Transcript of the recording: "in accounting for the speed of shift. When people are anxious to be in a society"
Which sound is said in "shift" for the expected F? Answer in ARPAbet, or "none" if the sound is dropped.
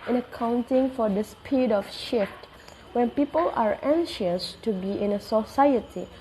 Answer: F